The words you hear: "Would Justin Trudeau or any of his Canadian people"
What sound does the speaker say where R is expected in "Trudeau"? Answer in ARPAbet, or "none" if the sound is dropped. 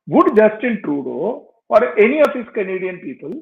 R